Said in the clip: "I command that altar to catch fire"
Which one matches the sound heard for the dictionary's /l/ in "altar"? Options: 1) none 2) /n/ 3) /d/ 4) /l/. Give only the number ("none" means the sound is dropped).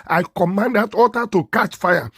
1